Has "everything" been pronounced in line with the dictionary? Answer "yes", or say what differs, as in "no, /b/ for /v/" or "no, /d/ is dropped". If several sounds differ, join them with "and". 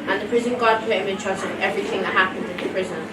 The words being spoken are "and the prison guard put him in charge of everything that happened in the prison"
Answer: yes